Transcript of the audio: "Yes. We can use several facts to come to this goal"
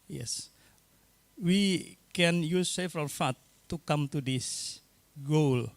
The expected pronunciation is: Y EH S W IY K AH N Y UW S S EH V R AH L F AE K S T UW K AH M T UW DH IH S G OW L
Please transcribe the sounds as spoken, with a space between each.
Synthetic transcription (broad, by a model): Y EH S W IY K AH N Y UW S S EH F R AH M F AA T UW K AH M T UW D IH S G OW L